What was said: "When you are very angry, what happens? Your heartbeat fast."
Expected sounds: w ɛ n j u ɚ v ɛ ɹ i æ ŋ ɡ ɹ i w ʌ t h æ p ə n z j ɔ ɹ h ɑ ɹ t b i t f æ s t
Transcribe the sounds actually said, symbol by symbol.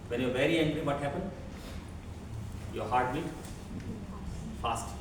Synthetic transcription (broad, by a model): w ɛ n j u v ɛ ɹ i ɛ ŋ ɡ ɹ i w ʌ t h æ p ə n j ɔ h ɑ ɹ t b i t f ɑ s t